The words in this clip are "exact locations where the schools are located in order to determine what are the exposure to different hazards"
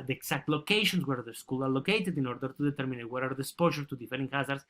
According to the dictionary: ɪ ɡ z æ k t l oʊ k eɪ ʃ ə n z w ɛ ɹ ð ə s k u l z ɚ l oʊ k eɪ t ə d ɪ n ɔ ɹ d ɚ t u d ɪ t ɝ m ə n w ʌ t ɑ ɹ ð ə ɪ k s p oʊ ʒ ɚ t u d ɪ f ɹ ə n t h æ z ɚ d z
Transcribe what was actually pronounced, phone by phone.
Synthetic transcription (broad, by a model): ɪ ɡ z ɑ k t l oʊ k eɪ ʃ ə n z w ɛ ɹ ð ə s k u l ɑ l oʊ k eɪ t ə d ɪ n ɔ ɹ d ɚ t u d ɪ t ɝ m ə n w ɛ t ɑ ɹ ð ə s p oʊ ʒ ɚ t u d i f ɹ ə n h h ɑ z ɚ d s